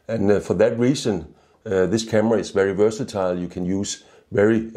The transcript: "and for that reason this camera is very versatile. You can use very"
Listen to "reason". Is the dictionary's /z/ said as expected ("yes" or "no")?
no